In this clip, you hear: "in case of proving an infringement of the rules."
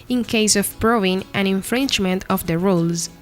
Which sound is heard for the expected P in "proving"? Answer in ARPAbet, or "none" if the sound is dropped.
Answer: B